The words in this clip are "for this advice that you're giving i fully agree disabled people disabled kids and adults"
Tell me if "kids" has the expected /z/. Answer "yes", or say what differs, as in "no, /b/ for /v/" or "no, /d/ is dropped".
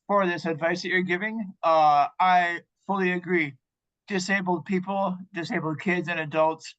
yes